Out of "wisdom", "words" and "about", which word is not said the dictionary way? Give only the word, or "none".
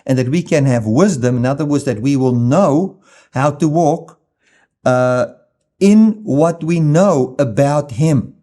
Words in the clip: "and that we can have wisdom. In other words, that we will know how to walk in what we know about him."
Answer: none